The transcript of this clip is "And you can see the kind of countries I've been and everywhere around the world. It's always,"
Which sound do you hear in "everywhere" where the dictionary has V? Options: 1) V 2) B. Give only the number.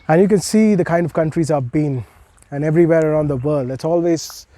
1